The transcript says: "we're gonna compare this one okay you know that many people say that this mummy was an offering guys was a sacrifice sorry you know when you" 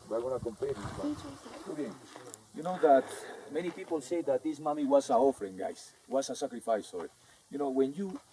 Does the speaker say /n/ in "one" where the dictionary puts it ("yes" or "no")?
no